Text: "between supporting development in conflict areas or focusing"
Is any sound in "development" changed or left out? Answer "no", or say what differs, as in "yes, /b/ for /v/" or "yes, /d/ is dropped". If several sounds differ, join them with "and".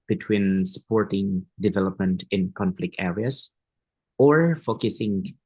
no